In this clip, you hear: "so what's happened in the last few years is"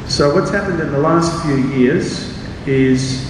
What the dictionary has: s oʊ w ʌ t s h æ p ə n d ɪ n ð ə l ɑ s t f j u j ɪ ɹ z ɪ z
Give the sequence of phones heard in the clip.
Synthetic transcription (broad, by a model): s oʊ w ʌ t s h æ p ə n d ɪ n ð ə l ɑ s t f j u j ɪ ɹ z ɪ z